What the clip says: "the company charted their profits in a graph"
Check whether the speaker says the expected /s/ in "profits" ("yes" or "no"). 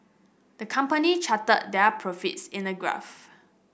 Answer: yes